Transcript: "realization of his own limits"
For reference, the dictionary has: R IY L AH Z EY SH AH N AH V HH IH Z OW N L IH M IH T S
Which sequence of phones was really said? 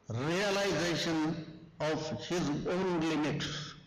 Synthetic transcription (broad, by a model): R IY L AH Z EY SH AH N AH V HH IH Z OW N L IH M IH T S